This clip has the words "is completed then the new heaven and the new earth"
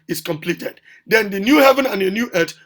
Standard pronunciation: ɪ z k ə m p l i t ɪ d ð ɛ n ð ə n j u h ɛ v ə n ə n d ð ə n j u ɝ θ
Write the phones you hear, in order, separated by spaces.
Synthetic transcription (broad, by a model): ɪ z k ə m p l i t ɪ d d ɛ n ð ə n j u h ɛ v ə n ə n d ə n j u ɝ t